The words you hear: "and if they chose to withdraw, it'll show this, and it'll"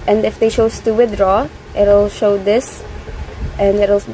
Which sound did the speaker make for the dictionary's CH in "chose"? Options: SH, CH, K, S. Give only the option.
SH